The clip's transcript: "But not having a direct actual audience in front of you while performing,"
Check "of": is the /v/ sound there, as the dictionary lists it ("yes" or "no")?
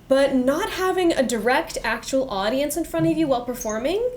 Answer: yes